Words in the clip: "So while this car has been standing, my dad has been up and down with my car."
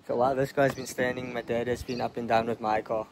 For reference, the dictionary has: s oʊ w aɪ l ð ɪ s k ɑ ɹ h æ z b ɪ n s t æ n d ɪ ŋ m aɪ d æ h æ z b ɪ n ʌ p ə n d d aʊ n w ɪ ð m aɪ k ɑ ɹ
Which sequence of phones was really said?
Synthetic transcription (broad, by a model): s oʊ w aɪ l ð ɪ s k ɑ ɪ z b ɪ n s t æ n d ɪ ŋ m aɪ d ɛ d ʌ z b ɪ n ʌ p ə n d d aʊ n w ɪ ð m aɪ k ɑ